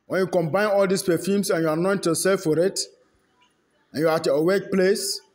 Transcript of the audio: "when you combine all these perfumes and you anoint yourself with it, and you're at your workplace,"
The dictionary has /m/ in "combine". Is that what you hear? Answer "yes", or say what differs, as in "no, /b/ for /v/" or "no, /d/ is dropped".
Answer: yes